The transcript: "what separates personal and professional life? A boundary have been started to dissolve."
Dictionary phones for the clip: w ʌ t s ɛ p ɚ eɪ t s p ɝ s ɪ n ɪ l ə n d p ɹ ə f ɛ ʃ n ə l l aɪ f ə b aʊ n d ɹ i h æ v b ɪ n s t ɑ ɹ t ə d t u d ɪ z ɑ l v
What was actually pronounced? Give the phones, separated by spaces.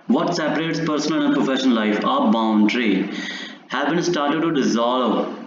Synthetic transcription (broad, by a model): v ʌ t s ɛ p ɚ eɪ t s p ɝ s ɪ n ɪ n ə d p ɹ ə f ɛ ʃ ə n l aɪ f ə b aʊ n d ɹ i h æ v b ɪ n s t ɑ ɹ t ə d t u d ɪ z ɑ l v